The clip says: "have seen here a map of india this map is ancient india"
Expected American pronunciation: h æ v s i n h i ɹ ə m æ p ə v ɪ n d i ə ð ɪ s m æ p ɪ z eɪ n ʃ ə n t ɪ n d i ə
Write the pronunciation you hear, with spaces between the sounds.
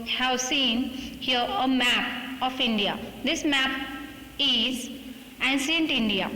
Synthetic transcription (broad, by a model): h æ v s i n h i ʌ ə m æ p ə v ɪ n d i ə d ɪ s m æ p ɪ z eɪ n s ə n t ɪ n d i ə